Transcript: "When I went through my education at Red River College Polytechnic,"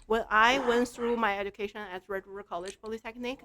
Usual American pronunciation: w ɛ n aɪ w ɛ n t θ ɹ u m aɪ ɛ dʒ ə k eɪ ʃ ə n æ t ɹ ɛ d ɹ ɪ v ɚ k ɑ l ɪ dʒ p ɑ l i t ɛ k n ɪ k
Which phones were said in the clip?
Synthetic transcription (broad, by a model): w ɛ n aɪ w ɛ n t θ ɹ u m aɪ ɛ dʒ ə k eɪ ʃ ə n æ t ɹ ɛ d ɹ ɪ ɚ k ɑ l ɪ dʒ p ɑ l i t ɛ k n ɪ k